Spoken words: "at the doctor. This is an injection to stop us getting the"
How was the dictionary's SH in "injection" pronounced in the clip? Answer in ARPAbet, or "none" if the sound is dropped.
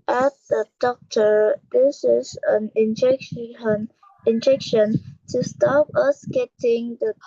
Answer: SH